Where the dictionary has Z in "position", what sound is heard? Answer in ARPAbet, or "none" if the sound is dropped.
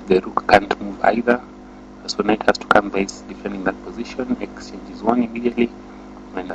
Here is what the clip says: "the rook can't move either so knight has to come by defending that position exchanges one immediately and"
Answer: Z